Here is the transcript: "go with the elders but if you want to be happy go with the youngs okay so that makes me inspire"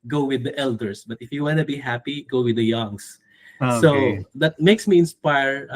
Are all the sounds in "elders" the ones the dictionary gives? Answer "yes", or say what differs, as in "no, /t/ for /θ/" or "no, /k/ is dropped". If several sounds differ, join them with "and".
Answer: no, /s/ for /z/